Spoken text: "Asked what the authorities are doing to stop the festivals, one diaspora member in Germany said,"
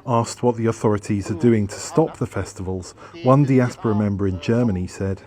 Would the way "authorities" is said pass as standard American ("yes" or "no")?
yes